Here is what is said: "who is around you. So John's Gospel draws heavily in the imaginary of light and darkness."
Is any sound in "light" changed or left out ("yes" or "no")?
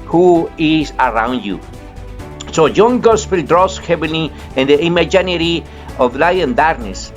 yes